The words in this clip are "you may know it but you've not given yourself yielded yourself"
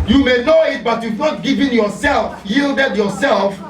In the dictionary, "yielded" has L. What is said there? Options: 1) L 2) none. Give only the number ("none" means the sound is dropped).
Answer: 1